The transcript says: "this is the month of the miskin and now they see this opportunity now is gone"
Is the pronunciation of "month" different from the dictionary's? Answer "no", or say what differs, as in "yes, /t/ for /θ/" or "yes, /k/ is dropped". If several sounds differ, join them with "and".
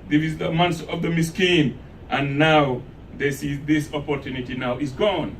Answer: yes, /s/ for /θ/